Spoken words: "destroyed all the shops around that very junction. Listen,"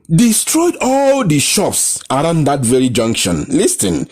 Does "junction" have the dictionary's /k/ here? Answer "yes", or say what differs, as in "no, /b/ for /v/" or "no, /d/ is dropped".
yes